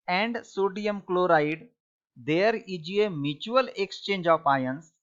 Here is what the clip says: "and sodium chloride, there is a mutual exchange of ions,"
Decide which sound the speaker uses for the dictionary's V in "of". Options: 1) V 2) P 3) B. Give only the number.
2